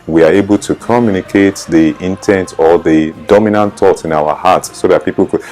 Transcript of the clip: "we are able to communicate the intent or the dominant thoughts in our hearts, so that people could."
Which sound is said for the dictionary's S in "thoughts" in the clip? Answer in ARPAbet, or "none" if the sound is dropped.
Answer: none